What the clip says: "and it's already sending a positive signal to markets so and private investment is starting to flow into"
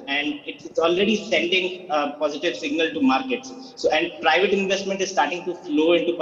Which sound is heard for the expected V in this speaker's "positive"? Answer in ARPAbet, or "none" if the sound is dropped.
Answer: V